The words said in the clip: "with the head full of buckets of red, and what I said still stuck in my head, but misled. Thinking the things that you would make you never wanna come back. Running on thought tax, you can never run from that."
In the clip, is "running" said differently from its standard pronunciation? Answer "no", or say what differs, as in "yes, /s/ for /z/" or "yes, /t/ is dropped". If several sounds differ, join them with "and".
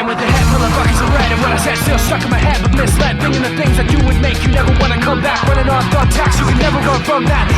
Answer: yes, /w/ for /ɹ/